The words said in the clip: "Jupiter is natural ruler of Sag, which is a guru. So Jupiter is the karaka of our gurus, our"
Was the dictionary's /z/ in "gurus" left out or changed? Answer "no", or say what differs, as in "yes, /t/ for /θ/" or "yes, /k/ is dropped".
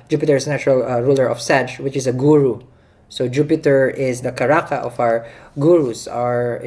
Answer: yes, /s/ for /z/